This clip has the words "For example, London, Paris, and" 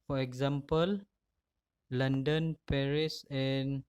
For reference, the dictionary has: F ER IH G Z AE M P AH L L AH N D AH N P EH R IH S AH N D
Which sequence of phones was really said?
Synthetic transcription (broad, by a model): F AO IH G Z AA M P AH L L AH N D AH N P EH R IH S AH N